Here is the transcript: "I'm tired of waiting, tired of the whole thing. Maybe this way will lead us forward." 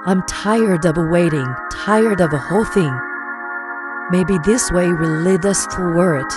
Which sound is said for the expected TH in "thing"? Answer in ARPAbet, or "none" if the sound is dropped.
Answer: TH